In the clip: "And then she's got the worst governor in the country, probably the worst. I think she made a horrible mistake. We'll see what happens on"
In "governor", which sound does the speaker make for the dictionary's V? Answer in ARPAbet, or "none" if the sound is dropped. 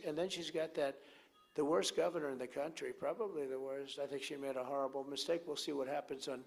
V